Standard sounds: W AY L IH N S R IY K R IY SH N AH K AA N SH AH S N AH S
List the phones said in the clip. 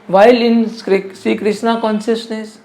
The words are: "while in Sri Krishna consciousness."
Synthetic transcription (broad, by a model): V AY L IH N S IY K R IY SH N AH K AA N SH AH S N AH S